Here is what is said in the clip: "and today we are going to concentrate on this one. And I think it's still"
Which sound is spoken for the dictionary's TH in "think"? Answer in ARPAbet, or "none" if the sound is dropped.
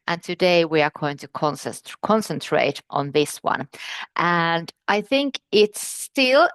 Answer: TH